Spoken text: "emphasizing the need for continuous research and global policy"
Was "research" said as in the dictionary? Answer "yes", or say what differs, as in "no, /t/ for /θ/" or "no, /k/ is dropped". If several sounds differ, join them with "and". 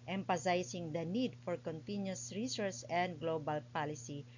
no, /s/ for /tʃ/